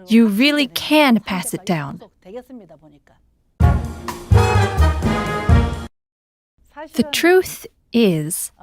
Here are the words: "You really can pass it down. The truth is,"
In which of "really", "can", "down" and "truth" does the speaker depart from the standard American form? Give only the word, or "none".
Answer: none